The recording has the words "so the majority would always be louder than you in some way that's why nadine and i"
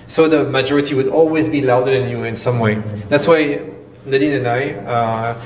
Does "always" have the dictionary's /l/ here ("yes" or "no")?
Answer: yes